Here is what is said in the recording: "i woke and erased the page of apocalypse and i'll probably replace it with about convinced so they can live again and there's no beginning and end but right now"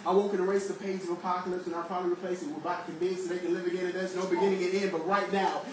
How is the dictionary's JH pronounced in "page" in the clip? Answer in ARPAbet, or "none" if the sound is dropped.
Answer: Z